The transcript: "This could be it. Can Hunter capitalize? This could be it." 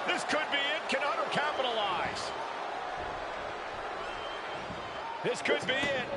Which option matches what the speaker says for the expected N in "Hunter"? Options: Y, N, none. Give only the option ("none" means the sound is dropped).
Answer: none